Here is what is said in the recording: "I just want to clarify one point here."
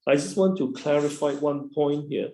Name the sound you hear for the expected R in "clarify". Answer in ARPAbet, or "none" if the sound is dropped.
R